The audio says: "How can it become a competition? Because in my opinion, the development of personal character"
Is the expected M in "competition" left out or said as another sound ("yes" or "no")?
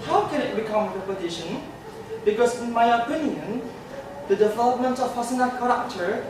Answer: yes